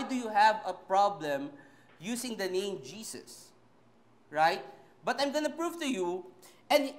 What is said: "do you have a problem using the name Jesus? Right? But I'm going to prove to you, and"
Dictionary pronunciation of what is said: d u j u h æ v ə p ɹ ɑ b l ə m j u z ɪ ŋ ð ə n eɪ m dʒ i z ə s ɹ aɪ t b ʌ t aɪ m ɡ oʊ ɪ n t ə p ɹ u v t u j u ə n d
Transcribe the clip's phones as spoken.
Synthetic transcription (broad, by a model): d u j u h æ v ə p ɹ ɑ b l ə m j u s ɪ ŋ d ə n eɪ m dʒ i s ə s ɹ aɪ t b ʌ t aɪ m ɡ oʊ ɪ n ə p ɹ u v t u j u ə n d